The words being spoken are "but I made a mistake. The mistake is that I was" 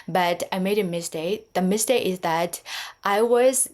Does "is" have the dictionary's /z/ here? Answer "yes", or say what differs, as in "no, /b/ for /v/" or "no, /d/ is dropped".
yes